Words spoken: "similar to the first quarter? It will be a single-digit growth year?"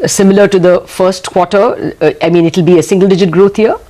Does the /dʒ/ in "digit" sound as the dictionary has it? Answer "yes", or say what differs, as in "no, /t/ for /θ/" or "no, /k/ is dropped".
yes